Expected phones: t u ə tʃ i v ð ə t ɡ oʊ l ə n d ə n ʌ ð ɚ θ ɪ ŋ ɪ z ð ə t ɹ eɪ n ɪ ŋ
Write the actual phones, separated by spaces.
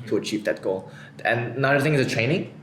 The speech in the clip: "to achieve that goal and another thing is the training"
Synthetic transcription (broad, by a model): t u ə tʃ i v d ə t ɡ oʊ l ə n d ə n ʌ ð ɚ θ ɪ ŋ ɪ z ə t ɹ eɪ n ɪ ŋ